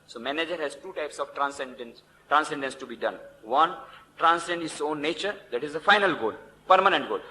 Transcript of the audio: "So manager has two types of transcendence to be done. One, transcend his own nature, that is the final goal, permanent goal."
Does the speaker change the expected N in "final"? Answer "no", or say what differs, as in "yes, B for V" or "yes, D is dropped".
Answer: no